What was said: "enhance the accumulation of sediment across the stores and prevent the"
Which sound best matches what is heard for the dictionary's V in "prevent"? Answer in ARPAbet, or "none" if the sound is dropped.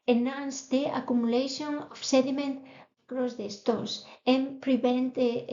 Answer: B